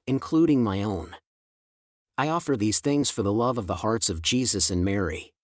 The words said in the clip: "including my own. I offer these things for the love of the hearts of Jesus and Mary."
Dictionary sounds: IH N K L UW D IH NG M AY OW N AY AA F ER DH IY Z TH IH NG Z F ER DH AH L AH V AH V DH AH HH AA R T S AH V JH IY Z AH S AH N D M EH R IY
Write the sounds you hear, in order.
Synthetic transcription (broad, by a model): IH N K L UW D IH NG M AY OW N AY AA F ER DH IY Z TH IH NG Z F ER DH AH L AH V AH V DH AH HH AA R T S AH V JH IY Z AH S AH N M EH R IY